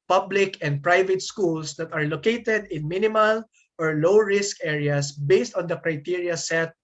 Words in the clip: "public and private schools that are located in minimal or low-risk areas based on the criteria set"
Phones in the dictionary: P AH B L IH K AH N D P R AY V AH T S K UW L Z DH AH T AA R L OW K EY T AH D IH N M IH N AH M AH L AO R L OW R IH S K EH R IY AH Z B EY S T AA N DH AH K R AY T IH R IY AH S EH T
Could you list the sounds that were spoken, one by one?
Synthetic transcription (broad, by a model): P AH B L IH K AH N D P R AY V AH T S K UW L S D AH T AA R L OW K EY T AH D IH N M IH N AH M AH L AO R L OW R IH S K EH R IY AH S B EY S T AA N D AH K R AY T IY R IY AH S EH T